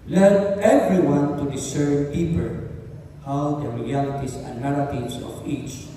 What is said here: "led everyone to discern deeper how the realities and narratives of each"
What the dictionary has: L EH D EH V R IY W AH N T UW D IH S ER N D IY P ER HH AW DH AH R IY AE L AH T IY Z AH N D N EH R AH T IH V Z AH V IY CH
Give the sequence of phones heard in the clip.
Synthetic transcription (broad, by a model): L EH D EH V R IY W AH N T UW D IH S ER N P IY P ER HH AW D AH R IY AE L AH T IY S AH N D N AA R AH T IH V S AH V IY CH